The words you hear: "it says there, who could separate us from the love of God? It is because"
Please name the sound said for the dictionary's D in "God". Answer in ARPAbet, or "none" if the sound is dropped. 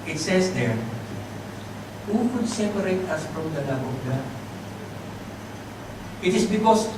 none